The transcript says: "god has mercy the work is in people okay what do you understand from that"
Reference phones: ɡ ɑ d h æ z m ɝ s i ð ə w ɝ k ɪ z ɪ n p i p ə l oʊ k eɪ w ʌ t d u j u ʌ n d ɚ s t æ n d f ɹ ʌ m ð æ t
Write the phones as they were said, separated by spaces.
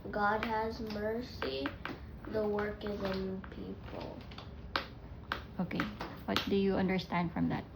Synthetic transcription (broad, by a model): ɡ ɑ d h æ z m ɝ s i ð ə w ɝ k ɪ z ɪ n p i p ə l oʊ k eɪ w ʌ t d u j u ʌ n d ɚ s t æ n d f ɹ ʌ m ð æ t